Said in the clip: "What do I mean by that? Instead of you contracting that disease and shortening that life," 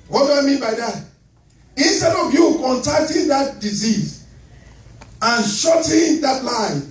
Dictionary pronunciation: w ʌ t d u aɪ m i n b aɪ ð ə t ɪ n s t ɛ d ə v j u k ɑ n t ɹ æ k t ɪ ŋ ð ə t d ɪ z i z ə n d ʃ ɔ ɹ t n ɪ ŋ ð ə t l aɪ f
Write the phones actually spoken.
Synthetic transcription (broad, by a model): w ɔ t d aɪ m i b aɪ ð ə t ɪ n s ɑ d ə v j u k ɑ n t æ k t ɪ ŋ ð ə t d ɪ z i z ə n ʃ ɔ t ɪ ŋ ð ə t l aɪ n